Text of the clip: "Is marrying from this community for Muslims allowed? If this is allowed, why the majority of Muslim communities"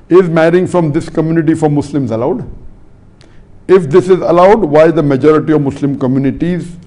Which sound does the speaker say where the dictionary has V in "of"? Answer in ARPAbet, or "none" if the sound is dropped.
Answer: V